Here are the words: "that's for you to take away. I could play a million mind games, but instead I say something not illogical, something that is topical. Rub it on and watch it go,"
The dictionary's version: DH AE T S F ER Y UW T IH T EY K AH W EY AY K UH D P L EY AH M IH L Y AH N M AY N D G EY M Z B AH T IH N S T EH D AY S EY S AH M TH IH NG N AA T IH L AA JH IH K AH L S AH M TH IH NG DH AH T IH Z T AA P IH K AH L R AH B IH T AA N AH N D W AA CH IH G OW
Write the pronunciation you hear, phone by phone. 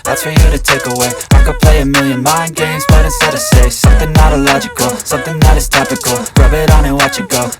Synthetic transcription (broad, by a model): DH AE T S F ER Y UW T IH T EY K AH W EY AY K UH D P L EY AH M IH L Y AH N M AY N G EY M Z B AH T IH S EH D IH S EY S AH M TH IH NG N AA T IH L AA JH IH K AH L S AH M TH IH NG DH AH T IH Z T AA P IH K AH L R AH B IH T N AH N W AA CH IH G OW